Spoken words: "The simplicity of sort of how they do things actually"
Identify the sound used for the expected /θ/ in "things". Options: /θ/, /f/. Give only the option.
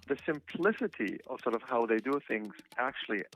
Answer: /θ/